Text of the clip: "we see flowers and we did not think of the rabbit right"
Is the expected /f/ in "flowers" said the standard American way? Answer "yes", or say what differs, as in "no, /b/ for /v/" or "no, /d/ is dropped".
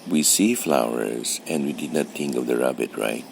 yes